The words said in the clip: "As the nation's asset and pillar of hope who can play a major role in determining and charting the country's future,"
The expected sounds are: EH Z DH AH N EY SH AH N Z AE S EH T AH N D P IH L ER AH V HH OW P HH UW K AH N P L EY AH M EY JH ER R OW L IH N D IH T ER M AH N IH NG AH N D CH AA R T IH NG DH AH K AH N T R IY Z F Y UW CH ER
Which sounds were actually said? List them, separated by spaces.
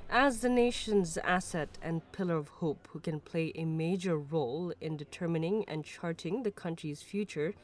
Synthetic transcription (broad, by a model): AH Z DH AH N EY SH AH N Z AE S EH T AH N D P IH L ER AH V HH OW P HH UW K AH N P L EY AH M EY JH ER R OW L IH N D IH T ER M AH N IH NG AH N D CH AA R T IH NG DH AH K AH N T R IY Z F Y UW CH ER